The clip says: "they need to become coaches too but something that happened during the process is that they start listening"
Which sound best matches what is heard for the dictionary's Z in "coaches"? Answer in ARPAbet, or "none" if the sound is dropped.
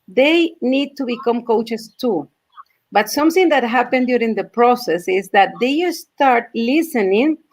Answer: S